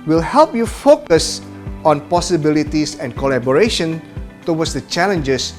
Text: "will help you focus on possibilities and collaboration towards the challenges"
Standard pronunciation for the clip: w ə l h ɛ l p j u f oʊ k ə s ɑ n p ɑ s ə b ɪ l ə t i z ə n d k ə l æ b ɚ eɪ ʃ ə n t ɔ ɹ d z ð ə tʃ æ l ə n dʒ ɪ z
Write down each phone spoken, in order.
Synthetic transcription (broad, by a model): w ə l h ɛ l p j u f oʊ k ə s ɑ n p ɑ s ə b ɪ l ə t i s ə n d k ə l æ b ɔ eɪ ʃ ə n t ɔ w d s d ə tʃ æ l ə n dʒ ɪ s